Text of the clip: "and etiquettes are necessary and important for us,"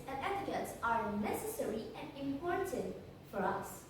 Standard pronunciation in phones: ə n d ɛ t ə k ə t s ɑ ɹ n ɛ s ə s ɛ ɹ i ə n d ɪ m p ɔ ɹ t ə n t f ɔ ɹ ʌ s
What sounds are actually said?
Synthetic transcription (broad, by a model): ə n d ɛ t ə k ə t s ɑ ɹ n ɛ s ə s ɛ ɹ i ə n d ɪ m p ɔ ɹ t ə n t f ɔ ɹ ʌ s